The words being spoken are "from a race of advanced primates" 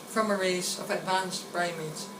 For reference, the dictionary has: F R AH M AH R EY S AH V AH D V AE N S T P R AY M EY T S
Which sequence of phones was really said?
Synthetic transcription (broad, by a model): F R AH M AH R EY S AH V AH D V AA N S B R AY M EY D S